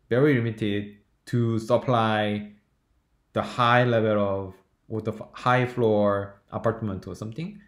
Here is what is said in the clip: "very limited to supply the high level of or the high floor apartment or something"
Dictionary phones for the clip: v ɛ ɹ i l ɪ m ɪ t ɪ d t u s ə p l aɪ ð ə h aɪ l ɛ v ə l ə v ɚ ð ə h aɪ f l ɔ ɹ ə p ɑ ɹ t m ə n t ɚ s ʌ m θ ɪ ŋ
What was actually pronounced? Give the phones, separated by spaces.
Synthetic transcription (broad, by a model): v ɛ ɹ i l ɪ m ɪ t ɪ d t u s ə p l aɪ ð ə h aɪ l ɛ v ə l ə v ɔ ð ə h aɪ f l ɔ ɹ ə p ɑ ɹ t m ə n t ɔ s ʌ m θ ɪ ŋ